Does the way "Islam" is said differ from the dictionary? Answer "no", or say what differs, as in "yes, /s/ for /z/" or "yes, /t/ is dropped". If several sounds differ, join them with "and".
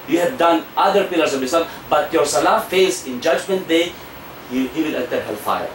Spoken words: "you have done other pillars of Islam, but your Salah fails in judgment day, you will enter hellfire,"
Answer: yes, /l/ is dropped